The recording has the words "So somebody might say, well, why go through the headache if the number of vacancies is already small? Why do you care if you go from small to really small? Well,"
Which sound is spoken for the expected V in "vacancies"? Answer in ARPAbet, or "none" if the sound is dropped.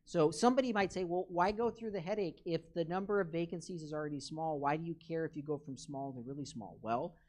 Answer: V